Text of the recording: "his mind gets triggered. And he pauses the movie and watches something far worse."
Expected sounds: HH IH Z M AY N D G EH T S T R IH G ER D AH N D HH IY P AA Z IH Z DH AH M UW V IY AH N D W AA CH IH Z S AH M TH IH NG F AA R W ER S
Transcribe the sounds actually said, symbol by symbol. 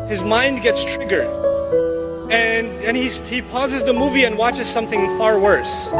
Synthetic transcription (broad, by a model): HH IH Z M AY N D G EH T S T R IH G ER D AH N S HH IY P AA Z IH Z DH AH M UW V IY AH N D W AA CH IH Z S AH M TH IH NG F AA R W ER S